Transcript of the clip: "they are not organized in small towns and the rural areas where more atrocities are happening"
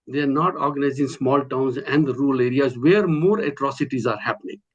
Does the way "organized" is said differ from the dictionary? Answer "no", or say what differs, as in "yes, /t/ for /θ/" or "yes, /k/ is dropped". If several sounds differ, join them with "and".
yes, /d/ is dropped